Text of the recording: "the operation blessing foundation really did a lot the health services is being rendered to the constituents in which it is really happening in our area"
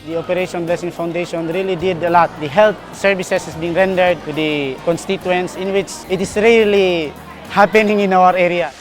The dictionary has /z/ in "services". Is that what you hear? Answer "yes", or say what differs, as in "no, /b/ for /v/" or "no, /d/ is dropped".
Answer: no, /s/ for /z/